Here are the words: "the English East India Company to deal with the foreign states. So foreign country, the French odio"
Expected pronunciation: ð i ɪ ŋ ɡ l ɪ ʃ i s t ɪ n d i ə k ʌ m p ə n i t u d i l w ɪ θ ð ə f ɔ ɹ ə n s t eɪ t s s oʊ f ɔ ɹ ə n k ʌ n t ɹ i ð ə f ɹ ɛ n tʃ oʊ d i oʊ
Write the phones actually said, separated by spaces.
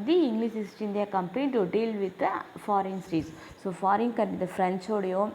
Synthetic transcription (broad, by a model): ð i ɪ ŋ ɡ l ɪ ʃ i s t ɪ n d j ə k ʌ m p ə n i t u d i l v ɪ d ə f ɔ ɹ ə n s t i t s s oʊ f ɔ ɹ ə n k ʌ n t i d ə f ɹ ɛ n tʃ oʊ d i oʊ